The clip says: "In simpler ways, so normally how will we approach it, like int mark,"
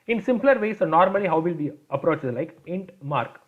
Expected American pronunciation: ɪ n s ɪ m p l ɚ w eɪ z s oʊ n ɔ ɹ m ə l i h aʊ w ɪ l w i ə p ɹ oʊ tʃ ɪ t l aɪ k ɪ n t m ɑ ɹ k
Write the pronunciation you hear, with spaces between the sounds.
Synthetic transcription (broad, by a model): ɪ n s ɪ m p l ɚ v eɪ s oʊ n ɔ ɹ m ə l i h aʊ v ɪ l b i ə p ɹ oʊ tʃ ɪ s l aɪ k ɪ n t m ɑ ɹ k